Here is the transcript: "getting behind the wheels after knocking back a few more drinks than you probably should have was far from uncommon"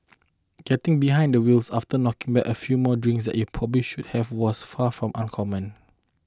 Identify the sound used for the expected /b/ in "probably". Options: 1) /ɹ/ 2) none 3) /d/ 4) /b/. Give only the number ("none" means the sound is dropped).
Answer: 4